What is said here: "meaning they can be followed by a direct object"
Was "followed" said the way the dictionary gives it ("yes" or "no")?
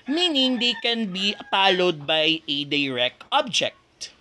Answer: no